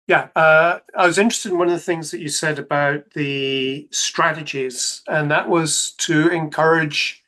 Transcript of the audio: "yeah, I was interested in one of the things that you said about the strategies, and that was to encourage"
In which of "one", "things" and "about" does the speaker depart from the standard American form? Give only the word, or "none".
none